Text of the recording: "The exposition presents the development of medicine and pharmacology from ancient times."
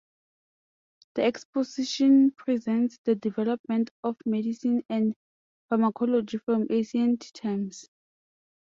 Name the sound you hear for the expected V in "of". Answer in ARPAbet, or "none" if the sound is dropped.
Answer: F